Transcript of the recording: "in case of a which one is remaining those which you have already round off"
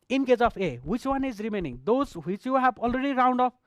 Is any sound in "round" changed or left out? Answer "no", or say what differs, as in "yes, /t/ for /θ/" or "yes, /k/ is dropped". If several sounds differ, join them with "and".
no